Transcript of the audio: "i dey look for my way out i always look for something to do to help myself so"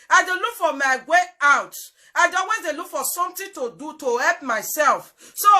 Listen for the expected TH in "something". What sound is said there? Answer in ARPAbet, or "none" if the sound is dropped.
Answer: T